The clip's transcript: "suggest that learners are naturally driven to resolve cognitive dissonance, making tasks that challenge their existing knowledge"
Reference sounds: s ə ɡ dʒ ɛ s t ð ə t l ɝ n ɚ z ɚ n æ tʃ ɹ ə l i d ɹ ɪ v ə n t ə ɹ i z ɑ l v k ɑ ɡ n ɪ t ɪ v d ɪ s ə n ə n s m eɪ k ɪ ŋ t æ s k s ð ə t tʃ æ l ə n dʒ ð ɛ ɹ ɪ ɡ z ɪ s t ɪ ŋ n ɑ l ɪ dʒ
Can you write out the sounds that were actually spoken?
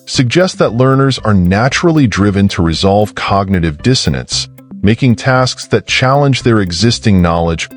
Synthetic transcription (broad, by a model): s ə ɡ dʒ ɛ s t ð ə t l ɝ n ɚ z ɚ n æ tʃ ɹ l i d ɹ ɪ v ə n t ə ɹ i z ɑ l v k ɑ ɡ n ɪ t ɪ v d ɪ s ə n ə n s m eɪ k ɪ ŋ t æ s k s ð ə t tʃ æ l ə n dʒ ð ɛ ɹ ɪ ɡ z ɪ s t ɪ ŋ n ɑ l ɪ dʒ